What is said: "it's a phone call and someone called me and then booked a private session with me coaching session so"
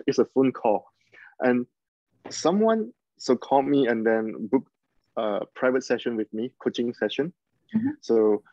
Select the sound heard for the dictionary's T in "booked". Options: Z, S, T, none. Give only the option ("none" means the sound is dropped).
none